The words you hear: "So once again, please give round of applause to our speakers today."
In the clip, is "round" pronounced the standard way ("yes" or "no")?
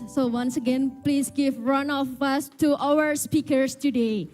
no